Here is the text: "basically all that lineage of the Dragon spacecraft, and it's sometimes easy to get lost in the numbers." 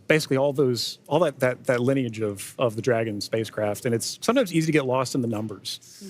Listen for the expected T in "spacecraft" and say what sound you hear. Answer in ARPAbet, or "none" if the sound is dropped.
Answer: T